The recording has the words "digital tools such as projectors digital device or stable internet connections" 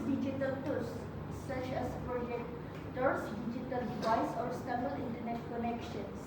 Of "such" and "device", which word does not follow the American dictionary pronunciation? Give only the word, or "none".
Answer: none